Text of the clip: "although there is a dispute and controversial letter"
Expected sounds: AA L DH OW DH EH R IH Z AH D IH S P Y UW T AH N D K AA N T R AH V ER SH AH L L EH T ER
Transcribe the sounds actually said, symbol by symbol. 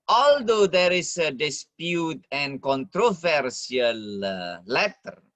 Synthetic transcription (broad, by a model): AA L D OW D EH R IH S AH D IH S P Y UW T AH N K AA N T R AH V ER S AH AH L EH T ER